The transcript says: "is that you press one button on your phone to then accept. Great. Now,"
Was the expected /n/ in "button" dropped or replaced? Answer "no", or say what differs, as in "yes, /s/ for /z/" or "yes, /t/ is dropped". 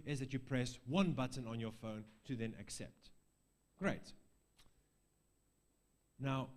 no